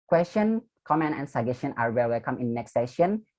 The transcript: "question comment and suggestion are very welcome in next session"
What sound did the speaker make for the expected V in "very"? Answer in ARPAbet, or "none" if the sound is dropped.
W